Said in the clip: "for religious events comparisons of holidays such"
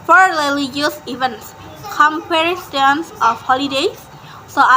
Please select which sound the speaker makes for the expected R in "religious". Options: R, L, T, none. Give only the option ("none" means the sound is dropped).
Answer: L